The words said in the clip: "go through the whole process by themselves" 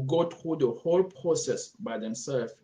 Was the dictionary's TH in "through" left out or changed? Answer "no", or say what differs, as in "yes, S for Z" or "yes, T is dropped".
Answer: yes, T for TH